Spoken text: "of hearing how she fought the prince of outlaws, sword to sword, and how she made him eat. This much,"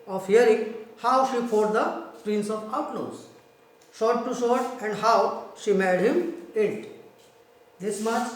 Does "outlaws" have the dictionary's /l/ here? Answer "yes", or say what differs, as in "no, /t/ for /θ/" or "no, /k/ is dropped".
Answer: no, /n/ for /l/